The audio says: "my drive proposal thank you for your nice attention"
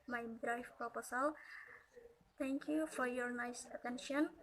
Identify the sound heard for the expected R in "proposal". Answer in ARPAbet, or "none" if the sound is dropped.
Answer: none